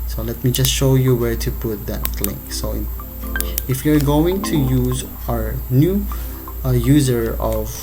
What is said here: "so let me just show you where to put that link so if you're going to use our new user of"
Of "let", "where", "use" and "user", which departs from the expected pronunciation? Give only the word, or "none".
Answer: none